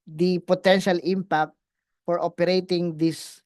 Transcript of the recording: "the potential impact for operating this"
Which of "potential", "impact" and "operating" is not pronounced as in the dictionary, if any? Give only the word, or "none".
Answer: none